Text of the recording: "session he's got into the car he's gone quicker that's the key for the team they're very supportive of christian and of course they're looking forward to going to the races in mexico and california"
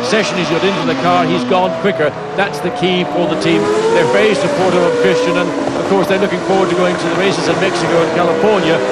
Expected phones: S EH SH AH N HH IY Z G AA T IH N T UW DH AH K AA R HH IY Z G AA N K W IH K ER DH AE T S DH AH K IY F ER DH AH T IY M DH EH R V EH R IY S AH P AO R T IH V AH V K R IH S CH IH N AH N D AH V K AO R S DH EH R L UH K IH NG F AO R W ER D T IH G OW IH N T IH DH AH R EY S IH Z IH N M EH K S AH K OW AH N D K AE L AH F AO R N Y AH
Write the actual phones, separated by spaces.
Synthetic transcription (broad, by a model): S EH SH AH N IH Z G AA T IH N T UW DH AH K AA R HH IY Z G AA N K W IH K ER DH AE T S DH AH K IY F ER DH AH T IY M DH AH R F EH IY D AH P AO R T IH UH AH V K R IH S CH IH N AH N AH V K AO R S DH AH R L UH K IH NG F AO R W ER D T IH G OW IH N T IH DH AH R EY S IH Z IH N M EH K S AH K OW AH N K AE L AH F AO R N Y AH